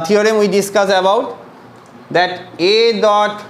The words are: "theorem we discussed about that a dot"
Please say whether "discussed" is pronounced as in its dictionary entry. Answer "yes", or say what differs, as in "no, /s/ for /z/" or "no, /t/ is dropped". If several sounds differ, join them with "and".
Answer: no, /t/ is dropped